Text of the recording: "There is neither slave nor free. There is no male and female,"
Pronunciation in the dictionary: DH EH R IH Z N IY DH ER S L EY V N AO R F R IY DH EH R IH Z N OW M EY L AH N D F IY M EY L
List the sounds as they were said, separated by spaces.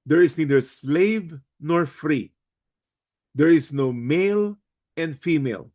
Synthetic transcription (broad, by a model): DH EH R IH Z N IY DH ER S L EY V N AO R F R IY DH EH R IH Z N OW M EY L AH N D F IY M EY L